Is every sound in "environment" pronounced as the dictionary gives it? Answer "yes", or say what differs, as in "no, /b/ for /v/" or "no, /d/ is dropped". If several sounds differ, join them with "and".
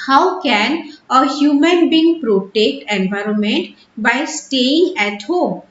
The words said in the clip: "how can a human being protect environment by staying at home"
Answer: yes